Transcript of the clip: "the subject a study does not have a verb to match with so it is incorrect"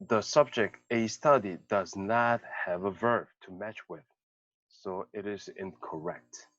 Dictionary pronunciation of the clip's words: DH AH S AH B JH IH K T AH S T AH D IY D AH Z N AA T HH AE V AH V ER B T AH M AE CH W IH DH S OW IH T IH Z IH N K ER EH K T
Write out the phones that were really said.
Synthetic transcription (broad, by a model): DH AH S AH B JH IH K T AH S T AH D IY D AH Z N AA T HH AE V AH V ER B T AH M AE CH W IH DH S OW IH T IH Z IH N K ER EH K T